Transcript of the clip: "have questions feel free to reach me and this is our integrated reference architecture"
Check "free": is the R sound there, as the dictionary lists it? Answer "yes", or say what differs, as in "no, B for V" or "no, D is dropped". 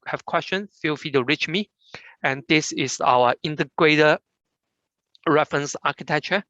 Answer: no, R is dropped